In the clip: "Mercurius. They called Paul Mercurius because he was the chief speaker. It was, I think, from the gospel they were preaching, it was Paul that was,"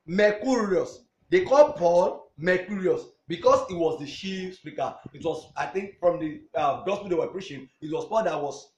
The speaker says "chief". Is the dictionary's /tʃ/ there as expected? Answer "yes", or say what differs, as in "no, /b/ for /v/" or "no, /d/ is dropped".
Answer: no, /ʃ/ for /tʃ/